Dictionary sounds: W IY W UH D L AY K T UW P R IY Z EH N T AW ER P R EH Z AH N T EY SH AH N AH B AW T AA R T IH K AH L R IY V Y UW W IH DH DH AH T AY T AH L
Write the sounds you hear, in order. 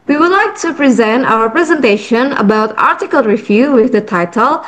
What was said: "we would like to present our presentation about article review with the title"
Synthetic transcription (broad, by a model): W IY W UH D L AY K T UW P R IY Z EH N T AW ER P R EH Z AH N T EY SH AH N AH B AW T AA R T IH K AH L R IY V Y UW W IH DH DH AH T AY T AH L